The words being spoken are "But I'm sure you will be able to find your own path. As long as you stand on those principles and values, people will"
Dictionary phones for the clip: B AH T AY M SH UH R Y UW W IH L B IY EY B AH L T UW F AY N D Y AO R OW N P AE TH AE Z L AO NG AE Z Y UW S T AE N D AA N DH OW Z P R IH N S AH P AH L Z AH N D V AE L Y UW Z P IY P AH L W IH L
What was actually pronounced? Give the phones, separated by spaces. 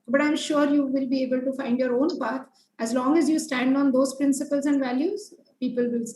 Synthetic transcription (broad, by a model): B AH T AY M SH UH R Y UW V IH L B IY EY B AH L T UW F AY N D Y AO R OW N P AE T AE Z L AO NG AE Z Y UW S T AE N D AA N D OW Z P R IH N S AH P AH L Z AH N D V AE L Y UW Z P IY P AH L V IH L